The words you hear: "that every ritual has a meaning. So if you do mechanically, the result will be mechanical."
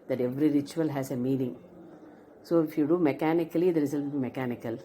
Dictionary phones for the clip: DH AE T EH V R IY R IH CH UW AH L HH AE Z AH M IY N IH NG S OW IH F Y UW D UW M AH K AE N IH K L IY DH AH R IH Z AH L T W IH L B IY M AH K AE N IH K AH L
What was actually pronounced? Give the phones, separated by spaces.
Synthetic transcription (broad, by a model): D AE T EH V R IY R IH CH UW AH L HH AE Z AH M IY N IH NG S OW IH F Y UW D UW M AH K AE N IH K L IY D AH R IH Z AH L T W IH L B IY M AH K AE N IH K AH L